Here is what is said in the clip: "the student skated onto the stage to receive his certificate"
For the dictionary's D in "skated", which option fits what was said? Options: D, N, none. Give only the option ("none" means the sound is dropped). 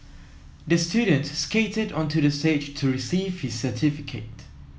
D